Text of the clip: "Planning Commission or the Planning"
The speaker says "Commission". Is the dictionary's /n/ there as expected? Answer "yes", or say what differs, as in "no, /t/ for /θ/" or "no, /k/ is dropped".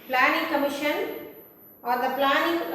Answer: yes